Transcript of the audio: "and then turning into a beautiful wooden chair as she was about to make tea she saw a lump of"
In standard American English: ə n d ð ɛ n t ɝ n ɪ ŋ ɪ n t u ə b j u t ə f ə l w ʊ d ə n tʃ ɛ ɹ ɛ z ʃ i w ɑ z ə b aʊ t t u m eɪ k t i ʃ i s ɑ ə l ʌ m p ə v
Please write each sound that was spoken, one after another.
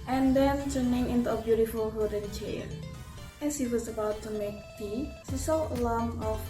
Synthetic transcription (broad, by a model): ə n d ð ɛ n t ɝ n ɪ ŋ ɪ n t u ə b j u t ə f ə l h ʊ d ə n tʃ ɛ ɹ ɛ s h i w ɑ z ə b aʊ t t u m eɪ k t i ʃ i s ɑ ə l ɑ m ə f